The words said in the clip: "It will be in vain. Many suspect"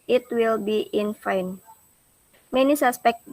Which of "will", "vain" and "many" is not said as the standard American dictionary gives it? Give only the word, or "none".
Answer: vain